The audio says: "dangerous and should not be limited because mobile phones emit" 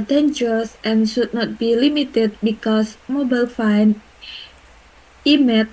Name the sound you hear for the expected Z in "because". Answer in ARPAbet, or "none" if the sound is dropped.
S